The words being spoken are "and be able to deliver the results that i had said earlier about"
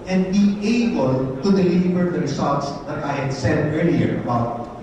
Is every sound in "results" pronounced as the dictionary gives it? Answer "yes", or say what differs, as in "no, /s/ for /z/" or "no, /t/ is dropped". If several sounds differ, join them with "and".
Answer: no, /s/ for /z/